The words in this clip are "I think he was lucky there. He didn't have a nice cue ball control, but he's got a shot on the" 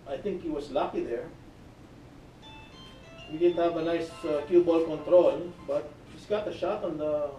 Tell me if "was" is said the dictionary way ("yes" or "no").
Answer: no